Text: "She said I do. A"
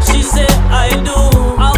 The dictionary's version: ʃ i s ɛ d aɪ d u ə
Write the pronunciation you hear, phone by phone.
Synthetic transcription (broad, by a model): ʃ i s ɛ aɪ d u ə